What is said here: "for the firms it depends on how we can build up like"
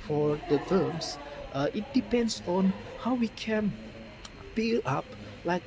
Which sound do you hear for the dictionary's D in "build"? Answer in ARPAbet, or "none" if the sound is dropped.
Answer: none